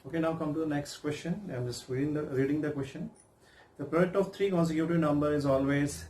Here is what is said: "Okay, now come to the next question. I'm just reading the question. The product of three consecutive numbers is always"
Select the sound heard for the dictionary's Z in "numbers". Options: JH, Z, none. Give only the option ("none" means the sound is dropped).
none